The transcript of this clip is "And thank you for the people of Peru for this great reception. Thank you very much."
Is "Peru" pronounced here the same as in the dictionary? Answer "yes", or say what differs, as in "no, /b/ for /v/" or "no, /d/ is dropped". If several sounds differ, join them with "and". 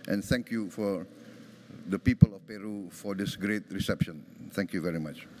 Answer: yes